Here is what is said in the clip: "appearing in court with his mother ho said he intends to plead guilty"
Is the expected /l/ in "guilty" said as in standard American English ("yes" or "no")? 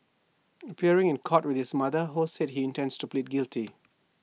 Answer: yes